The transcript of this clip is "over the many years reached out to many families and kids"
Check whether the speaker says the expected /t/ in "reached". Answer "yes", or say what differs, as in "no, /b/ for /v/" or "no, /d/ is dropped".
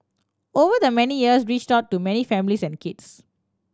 yes